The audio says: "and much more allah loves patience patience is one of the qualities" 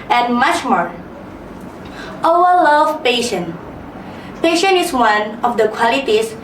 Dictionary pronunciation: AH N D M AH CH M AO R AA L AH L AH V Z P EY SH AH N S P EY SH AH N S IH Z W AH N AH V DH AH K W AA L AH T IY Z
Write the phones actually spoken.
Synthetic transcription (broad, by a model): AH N M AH CH M AO R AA W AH L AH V P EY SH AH N P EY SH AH N IH S W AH N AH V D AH K W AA L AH T IY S